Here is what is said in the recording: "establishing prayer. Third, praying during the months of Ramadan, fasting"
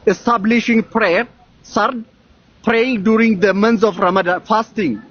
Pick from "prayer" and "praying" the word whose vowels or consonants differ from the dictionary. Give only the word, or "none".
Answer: none